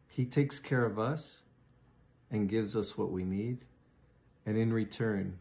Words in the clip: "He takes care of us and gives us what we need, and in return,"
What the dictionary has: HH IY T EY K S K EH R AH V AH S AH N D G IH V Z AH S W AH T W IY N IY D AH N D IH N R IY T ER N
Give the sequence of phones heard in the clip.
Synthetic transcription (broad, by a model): HH IY T EY K S K EH R AH V AH S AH N G IH V Z AH S W AH T W IY N IY D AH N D IH N R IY T ER N